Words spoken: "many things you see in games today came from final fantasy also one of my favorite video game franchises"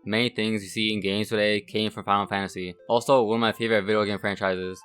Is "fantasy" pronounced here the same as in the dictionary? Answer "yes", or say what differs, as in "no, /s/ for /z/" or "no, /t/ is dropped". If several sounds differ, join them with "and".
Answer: yes